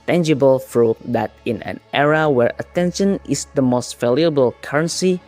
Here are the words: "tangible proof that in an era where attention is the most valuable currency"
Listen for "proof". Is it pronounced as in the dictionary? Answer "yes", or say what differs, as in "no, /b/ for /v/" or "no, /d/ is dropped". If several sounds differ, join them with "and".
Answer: no, /f/ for /p/